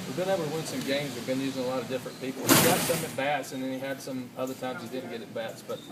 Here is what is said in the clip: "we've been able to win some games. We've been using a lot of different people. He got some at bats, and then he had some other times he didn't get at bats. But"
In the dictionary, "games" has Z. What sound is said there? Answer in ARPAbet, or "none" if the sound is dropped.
Z